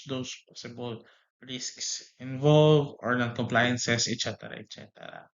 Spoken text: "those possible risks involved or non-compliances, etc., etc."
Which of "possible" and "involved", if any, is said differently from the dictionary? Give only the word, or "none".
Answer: involved